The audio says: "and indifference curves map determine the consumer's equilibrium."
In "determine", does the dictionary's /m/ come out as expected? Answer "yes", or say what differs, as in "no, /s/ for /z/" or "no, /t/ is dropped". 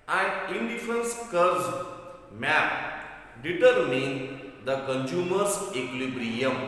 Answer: yes